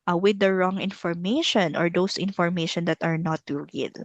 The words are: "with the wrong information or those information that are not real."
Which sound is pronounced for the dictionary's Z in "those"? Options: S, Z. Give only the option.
S